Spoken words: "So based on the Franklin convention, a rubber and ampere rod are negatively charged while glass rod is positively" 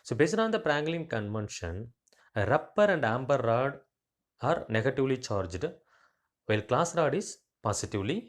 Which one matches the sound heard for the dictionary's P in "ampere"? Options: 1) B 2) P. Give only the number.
1